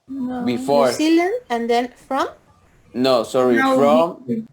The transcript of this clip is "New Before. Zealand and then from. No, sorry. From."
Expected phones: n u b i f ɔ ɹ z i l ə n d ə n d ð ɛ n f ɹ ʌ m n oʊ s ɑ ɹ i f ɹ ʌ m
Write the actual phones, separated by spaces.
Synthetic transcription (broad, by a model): b i f ɔ ɹ s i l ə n ə n d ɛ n f ɹ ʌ m n oʊ s ɑ ɹ i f ɹ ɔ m